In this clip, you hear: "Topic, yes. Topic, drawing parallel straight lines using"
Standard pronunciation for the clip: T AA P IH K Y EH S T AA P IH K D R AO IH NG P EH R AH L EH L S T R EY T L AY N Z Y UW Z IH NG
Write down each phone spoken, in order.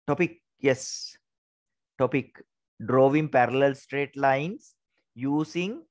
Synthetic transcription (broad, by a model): T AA P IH K Y EH S T AA P IH K D R AO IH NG P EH R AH L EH L S T R EY T L AY N S Y UW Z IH NG